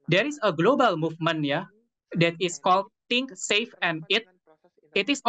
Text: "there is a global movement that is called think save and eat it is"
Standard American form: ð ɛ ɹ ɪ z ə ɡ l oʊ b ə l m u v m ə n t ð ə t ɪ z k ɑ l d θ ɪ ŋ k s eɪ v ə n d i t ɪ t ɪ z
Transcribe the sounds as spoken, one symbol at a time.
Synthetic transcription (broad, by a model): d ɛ ɹ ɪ s ə ɡ l oʊ b ə l m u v m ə n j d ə t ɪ s k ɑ l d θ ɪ ŋ k s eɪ f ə n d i t ɪ t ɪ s